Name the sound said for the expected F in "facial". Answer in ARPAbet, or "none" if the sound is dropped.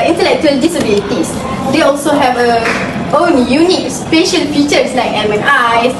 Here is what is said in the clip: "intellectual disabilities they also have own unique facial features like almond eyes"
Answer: P